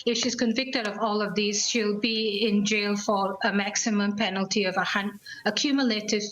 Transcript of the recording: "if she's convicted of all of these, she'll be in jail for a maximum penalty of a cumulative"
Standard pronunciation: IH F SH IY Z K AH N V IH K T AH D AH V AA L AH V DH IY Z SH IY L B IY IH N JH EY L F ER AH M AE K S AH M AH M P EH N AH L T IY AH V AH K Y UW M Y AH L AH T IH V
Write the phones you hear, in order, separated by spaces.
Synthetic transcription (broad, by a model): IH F SH IY Z K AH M V IH K T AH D AH V AA L AH V DH IY Z SH IY L B IY IH N JH EY L F ER AH M AE K S AH M AH M P EH N AH L T IY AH V AH K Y UW M Y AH L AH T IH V